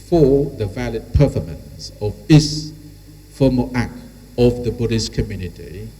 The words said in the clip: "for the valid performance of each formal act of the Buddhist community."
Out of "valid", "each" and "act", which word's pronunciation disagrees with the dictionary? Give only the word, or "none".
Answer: each